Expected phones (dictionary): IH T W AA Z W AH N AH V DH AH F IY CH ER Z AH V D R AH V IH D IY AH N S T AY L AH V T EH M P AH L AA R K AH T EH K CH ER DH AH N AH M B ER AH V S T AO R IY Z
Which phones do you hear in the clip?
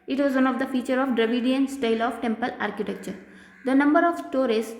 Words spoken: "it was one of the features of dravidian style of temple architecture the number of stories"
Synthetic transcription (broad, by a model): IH T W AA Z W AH N AH V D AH F IY CH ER AH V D R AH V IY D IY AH N S T AY L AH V T EH M P AH L AA R K AH T EH K CH ER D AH N AH M B ER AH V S T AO R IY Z